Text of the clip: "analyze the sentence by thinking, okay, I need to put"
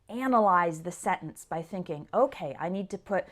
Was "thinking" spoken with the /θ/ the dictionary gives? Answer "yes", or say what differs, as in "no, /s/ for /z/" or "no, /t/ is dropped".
yes